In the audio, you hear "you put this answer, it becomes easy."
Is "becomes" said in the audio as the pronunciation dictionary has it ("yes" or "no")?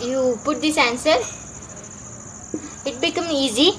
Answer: no